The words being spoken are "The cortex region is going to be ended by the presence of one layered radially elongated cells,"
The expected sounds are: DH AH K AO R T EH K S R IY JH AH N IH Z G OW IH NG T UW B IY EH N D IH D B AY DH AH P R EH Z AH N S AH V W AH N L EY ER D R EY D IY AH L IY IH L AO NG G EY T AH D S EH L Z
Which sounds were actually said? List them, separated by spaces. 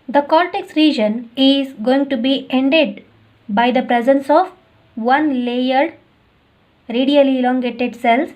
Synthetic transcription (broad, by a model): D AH K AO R T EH K S R IY JH AH N IH Z G OW IH NG T UW B IY EH N D IH D B AY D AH P R EH Z AH N S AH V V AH N L EY ER D R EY D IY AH L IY L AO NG G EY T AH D S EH L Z